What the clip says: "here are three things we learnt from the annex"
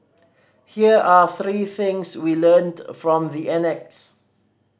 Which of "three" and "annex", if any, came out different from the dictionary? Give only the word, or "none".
none